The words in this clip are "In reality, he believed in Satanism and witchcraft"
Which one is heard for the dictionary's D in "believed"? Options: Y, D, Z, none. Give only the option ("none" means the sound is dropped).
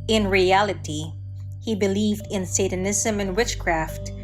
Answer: D